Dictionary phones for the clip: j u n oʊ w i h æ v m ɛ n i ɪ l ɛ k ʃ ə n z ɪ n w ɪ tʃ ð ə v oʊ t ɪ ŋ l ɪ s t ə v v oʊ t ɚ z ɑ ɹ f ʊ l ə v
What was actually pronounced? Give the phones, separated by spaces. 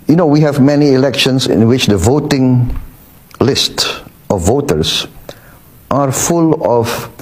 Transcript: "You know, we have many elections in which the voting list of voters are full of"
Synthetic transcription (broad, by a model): j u n oʊ w i h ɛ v m ɛ n i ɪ l ɛ k ʃ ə n s ɪ n w ɪ tʃ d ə v oʊ t ɪ ŋ l ɪ s t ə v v oʊ t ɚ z ɑ ɹ f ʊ l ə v